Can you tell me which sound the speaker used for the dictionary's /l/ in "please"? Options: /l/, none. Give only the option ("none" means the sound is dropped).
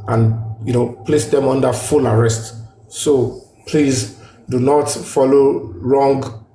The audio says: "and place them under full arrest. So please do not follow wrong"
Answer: /l/